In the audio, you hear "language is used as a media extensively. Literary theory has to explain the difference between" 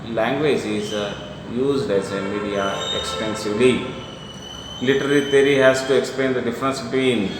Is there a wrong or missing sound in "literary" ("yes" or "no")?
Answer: yes